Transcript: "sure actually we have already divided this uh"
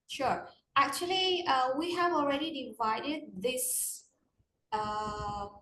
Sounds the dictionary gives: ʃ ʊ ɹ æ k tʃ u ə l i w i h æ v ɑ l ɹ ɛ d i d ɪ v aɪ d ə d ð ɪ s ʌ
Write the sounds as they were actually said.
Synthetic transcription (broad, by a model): ʃ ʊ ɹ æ k tʃ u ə l i w i h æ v ɑ l ɹ ɛ d i d ɪ v aɪ d ə d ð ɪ s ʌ